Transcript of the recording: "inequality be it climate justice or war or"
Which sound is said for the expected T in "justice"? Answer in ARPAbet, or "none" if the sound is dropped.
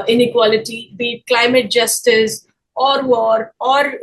T